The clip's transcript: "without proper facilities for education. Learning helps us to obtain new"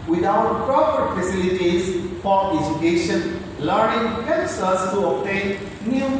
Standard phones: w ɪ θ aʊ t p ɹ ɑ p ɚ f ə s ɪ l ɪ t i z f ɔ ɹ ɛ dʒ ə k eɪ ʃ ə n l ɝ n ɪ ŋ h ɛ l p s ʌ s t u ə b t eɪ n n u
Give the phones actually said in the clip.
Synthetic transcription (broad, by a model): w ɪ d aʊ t p ɹ ɑ p ɚ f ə s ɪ l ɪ t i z f ɔ ɹ ɛ dʒ ə k eɪ ʃ ə n l ɝ n ɪ ŋ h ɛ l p s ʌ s t u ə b t eɪ n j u